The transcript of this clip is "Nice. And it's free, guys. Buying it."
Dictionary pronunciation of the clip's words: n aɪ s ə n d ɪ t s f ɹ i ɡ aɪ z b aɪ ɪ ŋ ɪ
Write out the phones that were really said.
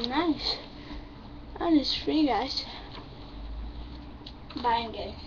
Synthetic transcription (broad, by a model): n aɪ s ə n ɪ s f ɹ i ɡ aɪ s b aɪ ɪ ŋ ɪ